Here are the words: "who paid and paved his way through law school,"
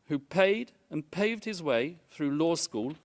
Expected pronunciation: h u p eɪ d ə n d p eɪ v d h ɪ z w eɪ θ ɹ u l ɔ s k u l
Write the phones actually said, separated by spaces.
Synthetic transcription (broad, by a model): h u p eɪ d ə n p eɪ v d h ɪ z w eɪ θ ɹ u l ɔ s k u l